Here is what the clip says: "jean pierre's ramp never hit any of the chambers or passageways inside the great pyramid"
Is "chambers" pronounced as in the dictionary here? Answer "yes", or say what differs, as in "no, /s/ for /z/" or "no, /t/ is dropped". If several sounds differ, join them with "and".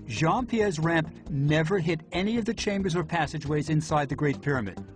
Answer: yes